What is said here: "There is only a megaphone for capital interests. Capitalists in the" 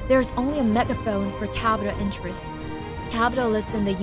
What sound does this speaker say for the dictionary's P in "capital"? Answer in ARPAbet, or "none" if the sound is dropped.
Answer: B